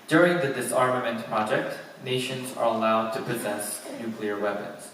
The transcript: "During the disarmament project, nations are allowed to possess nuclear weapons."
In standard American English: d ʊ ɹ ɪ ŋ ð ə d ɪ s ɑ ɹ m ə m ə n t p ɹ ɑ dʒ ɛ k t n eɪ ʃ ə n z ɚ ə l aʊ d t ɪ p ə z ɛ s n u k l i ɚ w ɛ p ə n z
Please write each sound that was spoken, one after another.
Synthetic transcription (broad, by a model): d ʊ ɹ ɪ ŋ ð ə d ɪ s ɑ ɹ m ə m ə n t p ɹ ɑ dʒ ɛ k t n eɪ ʃ ə n z ɚ ə l aʊ d t ɪ p ə z ɛ s n u k l i ɚ w ɛ p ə n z